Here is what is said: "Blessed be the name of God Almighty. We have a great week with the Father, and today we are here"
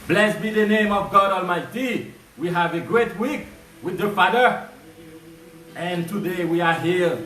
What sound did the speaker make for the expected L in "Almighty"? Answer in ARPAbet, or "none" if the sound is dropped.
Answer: L